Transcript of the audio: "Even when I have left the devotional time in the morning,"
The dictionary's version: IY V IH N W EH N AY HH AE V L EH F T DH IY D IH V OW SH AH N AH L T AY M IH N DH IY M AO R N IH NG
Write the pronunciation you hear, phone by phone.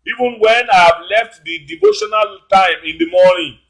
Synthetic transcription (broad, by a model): IY V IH N W EH N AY HH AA V L EH F T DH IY D IH V OW SH AH N AH L T AY M IH N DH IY M AO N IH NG